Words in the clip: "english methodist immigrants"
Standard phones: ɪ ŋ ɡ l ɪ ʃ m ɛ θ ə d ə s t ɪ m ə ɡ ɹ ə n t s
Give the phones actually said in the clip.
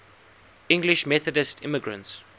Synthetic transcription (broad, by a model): ɪ ŋ ɡ l ɪ ʃ m ɛ θ ə d ə s t ɪ m ə ɡ ɹ ə n t s